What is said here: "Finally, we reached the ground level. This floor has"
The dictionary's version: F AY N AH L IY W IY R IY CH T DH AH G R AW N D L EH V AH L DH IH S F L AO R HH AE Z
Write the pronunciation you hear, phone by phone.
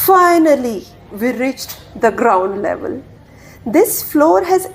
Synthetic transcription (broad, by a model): F AY N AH L IY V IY R IY CH T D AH G R AW N D L EH V AH L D IH S F L AO R HH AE Z